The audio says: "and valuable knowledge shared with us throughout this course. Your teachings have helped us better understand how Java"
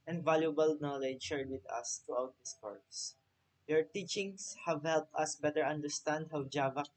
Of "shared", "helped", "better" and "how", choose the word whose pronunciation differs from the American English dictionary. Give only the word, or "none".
none